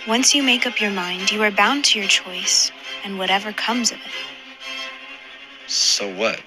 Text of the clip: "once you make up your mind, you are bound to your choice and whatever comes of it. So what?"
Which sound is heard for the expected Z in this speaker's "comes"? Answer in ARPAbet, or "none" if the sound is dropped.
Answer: Z